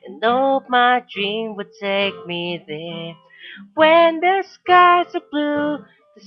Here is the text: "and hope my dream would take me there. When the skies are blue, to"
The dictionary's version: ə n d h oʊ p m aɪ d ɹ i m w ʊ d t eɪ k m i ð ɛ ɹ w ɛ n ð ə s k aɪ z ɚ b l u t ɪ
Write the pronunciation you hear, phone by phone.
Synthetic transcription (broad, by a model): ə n oʊ m aɪ d ɹ i m w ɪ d t eɪ k m i ð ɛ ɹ w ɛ n ð ə s k aɪ z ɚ b l u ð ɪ